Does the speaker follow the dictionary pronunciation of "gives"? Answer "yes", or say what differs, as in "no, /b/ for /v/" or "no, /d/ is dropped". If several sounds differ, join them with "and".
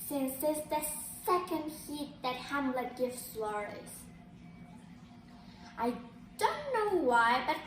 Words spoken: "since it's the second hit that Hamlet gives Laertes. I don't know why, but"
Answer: no, /s/ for /z/